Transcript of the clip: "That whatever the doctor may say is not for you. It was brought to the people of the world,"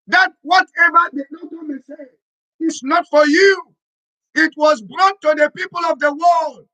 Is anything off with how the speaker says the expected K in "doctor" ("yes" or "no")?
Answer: yes